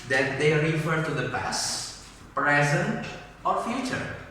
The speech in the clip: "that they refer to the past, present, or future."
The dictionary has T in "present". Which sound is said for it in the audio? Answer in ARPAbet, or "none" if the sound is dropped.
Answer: T